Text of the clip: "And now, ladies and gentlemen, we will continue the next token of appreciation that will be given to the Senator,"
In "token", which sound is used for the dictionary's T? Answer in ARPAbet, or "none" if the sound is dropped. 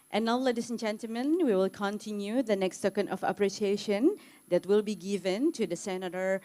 S